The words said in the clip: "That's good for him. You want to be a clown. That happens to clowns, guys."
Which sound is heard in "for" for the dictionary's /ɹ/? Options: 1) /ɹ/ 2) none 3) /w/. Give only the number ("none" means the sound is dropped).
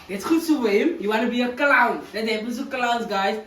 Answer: 3